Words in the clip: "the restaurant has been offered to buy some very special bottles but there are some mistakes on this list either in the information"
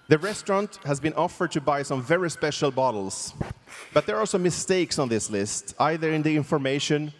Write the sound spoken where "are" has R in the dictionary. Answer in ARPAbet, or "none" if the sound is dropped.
L